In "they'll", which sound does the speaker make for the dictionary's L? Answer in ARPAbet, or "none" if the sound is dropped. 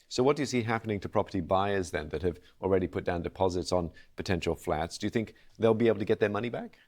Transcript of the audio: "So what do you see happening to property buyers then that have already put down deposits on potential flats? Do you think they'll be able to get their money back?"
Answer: L